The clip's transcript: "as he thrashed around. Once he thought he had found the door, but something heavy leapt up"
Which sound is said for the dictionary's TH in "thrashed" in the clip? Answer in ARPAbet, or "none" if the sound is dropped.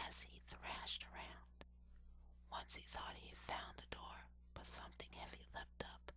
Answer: TH